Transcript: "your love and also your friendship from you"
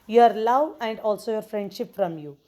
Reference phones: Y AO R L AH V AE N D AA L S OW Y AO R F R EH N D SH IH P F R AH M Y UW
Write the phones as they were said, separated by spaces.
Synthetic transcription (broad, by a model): Y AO R L AH V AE N D AA L S OW Y AO R F R EH N D SH IH P F R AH M Y UW